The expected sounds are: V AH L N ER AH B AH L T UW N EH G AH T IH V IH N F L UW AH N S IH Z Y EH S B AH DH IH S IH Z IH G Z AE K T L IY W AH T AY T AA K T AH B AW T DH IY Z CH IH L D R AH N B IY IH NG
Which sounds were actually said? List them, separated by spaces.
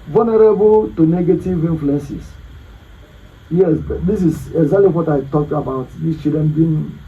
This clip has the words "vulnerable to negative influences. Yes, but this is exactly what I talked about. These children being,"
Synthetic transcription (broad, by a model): V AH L N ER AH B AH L T UW N EH G AH T IH V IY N F L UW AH N S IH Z Y EH S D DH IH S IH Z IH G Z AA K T L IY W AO T AY T AA K T AH B AW T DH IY S CH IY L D R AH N B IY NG